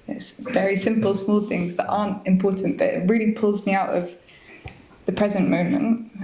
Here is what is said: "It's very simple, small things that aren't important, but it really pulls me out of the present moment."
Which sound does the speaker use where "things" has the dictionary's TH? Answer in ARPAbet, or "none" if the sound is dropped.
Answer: TH